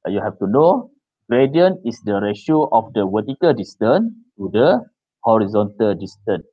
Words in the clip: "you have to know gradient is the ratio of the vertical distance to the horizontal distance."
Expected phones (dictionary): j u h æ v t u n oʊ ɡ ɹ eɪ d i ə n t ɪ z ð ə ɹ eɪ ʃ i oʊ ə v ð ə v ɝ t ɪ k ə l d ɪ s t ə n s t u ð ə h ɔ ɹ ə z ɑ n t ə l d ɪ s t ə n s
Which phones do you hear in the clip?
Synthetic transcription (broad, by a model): j u h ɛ f t u n oʊ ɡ ɹ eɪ d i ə n ɪ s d ə ɹ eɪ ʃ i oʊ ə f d ə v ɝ t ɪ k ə l d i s t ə n t u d ə h ɔ ɹ ə z ɑ n t ə l d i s t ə n